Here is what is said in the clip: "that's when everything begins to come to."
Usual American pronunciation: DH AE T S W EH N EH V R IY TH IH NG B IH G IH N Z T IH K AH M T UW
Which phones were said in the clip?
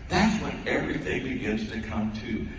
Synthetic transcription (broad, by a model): DH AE T S W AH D EH V R IY TH IH NG B IH G IH N Z T IH K AH M T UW